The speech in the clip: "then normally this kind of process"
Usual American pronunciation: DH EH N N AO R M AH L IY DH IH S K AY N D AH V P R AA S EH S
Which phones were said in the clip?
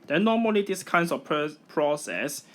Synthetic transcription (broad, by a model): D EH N N AO M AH L IY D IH S K AY N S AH P P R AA S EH S